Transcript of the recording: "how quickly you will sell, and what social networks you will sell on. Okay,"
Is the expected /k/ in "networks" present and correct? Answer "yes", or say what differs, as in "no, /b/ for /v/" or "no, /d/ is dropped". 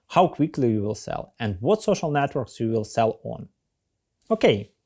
yes